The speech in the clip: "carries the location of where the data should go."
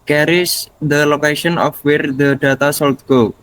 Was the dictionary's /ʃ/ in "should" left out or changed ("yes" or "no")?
yes